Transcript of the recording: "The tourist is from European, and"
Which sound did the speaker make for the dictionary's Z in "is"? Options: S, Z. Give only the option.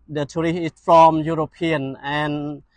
S